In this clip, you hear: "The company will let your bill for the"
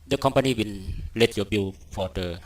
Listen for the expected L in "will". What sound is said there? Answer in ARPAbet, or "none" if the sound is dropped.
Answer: N